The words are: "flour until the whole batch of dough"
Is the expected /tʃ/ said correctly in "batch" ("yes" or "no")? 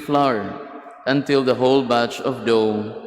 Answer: yes